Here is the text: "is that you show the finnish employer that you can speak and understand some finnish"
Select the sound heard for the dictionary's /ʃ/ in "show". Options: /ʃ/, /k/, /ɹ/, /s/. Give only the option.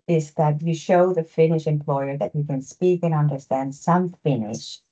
/ʃ/